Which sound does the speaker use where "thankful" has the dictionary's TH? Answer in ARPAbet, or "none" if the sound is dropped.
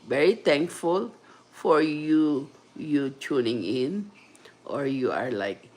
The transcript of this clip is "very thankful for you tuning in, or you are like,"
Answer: T